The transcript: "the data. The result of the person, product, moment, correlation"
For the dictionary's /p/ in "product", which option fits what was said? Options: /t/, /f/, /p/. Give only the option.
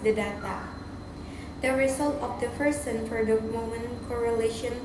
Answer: /f/